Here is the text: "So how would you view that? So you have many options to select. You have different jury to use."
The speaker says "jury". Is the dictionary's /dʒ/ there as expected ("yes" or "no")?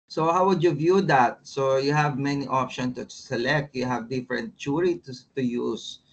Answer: no